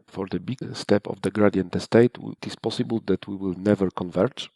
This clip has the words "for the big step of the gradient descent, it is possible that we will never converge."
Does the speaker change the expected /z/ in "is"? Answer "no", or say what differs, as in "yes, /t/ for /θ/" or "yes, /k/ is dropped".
yes, /s/ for /z/